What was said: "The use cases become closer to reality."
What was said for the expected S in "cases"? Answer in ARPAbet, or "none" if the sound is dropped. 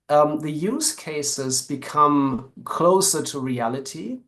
S